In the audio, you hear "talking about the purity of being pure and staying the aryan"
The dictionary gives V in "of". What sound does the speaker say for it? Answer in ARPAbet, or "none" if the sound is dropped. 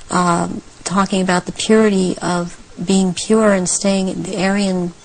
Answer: V